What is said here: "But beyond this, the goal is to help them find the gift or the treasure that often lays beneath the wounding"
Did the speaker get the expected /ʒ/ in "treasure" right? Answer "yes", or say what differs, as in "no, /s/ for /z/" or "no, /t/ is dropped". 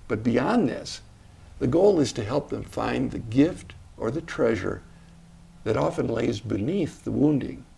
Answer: yes